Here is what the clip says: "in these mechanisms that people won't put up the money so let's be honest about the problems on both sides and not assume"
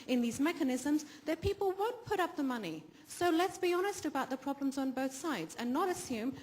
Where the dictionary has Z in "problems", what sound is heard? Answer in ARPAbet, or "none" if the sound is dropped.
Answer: Z